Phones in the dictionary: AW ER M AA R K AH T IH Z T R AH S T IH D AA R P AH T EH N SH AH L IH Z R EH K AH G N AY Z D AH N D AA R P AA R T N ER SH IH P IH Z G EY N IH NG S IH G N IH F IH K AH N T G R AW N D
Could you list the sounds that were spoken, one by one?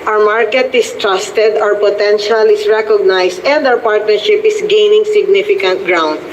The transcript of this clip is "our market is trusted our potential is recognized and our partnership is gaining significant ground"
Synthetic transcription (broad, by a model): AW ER M AA R K AH T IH S T R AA S T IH D AA R P AH T EH N SH AH L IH S R EH K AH G N AY S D AH N D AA W P AA R T N ER SH IH P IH S G EY N IH NG S IH G N IH F IH K AH N T G R AW N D